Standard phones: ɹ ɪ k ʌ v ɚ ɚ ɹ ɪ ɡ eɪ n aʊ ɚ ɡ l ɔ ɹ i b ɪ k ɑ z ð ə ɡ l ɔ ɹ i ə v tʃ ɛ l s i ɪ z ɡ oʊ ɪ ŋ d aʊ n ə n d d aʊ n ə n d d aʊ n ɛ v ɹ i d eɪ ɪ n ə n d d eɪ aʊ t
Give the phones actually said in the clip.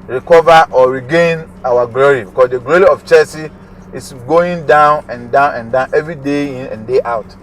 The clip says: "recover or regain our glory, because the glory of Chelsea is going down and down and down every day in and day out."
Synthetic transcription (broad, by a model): ɹ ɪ k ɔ v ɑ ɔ ɹ ɪ ɡ eɪ n aʊ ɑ ɡ l ɔ ɹ i b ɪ k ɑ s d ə ɡ l ɔ ɹ i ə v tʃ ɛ s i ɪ s ɡ oʊ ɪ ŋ d aʊ n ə n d d aʊ n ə n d d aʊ n ɛ v ɹ i d eɪ ɪ n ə n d d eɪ aʊ t